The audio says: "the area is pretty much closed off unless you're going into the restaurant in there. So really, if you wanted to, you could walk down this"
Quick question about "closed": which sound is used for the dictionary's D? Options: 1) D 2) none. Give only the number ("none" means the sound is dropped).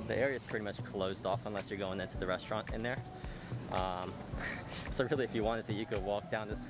1